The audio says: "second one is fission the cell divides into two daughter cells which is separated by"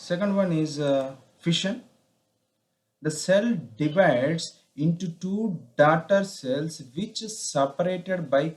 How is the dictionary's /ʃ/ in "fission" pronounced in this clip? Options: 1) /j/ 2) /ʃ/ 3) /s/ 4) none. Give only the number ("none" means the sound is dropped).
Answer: 2